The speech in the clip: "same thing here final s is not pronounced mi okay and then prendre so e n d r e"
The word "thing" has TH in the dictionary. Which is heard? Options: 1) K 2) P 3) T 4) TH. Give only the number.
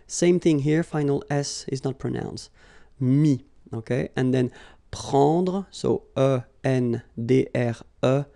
4